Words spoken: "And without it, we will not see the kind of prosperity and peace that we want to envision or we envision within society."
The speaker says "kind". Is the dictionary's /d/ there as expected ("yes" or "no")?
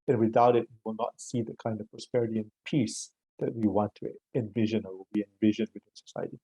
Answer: yes